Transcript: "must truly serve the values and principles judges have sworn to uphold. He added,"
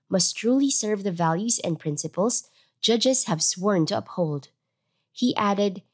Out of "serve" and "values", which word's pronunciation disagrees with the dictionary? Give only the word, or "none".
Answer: none